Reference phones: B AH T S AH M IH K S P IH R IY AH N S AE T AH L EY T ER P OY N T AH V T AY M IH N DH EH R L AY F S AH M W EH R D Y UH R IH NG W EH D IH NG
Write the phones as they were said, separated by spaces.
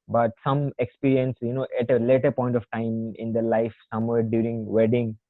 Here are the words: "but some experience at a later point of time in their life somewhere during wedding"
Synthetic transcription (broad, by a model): B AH T S AH M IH K S P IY R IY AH N S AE T AH L EY T ER P OY N T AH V T AY M IH N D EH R L AY F S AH M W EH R D Y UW R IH NG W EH D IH NG